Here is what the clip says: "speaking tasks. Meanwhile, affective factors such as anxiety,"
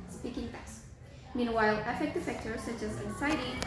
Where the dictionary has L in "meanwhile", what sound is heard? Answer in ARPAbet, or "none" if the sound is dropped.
L